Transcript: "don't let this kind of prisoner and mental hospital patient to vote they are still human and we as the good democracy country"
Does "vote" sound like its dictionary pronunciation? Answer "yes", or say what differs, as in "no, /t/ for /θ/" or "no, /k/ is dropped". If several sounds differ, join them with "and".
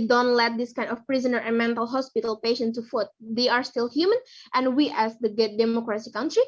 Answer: no, /f/ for /v/